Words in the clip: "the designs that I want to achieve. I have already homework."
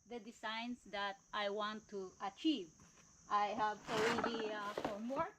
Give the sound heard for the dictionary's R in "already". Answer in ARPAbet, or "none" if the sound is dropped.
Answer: L